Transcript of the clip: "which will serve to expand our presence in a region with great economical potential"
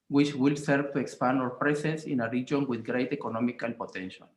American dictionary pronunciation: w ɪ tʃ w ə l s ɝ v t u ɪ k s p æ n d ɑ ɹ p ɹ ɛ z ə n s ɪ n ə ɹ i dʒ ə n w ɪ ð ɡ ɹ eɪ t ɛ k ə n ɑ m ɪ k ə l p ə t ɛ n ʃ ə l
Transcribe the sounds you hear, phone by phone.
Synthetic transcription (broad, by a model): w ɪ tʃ w ə l s ɝ v t u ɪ k s p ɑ n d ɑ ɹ p ɹ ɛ s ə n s ɪ n ə ɹ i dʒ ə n w ɪ ð ɡ ɹ eɪ t ɛ k ə n ɑ m ɪ k ə l p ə t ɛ n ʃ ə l